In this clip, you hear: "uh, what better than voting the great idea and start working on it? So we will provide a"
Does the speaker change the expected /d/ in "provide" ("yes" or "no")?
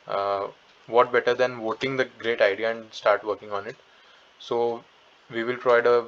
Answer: no